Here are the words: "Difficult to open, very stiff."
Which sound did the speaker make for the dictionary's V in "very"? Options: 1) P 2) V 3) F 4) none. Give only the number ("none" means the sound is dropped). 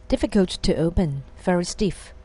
3